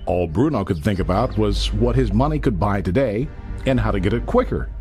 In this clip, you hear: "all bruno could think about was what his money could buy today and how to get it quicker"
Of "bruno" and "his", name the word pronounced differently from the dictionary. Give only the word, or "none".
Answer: none